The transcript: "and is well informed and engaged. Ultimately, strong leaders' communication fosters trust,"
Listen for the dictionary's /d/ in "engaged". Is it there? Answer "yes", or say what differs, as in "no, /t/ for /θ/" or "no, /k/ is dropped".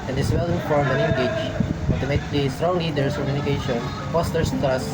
no, /d/ is dropped